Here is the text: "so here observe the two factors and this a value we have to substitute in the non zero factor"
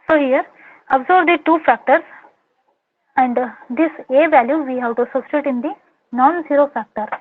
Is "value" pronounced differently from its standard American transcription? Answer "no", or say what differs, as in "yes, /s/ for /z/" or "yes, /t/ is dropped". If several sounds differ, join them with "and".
no